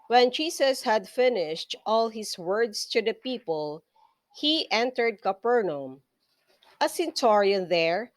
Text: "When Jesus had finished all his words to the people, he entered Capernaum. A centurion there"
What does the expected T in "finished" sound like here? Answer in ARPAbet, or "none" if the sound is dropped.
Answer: T